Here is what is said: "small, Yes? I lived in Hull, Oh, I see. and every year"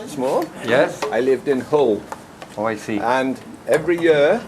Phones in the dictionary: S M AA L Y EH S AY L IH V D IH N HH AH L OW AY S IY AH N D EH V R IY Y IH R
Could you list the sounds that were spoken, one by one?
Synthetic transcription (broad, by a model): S M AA Y EH S AY L IH V D IH N HH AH L OW AY S IY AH N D EH V R IY Y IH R